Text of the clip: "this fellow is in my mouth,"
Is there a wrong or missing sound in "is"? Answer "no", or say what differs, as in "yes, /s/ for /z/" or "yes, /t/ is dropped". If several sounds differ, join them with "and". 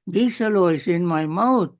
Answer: yes, /s/ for /z/